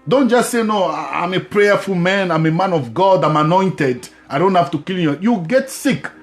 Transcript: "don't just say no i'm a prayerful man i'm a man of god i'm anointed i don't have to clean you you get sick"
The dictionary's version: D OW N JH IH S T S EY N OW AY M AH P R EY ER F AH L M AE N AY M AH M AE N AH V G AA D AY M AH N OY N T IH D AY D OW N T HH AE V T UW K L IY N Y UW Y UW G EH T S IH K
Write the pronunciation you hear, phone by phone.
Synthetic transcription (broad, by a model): D OW N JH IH S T S EY N OW AY M AH P R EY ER F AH L M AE N AY M AH M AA N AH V G AA D AY M AH N OY N T IH D AY D OW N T HH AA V T UW K IY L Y Y UW G EH T S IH K